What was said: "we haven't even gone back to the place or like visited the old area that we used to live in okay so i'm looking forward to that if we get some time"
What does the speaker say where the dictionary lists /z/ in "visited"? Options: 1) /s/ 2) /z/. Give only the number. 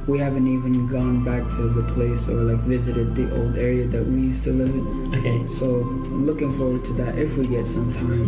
2